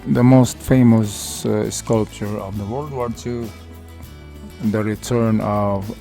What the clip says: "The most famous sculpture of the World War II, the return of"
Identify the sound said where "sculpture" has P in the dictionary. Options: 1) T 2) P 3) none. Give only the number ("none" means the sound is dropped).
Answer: 2